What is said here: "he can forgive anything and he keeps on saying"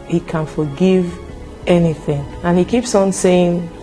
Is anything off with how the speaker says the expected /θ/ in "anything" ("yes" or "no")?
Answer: no